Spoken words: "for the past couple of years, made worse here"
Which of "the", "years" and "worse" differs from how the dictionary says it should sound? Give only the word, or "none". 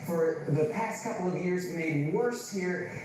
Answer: none